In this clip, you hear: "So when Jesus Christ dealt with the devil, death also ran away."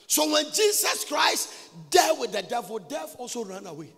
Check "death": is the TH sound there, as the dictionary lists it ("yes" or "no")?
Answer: no